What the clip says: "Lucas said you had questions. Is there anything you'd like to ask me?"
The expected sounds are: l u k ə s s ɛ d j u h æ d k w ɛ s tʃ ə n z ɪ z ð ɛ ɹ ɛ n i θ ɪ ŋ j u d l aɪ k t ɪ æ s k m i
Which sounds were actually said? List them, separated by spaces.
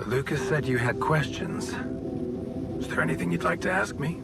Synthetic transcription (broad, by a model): l u k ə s s ɛ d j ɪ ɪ d k w ɛ s tʃ ə n z ɪ z ð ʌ ɹ ɛ n i θ ɪ ŋ j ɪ d l aɪ k t ɪ æ s k m i